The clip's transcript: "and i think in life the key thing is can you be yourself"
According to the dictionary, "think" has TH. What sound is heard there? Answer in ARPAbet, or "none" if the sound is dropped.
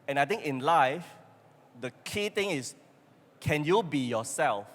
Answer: T